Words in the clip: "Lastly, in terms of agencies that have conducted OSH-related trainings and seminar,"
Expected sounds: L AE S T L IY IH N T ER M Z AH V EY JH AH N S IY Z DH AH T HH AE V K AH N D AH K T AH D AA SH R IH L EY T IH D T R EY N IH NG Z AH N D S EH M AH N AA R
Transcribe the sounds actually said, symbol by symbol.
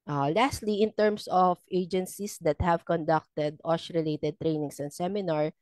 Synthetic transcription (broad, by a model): L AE S T L IY IH N T ER M S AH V EY JH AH N S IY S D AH T HH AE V K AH N D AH K T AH D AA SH R IH L EY T IH D T R EY N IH NG S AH N S EH M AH N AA R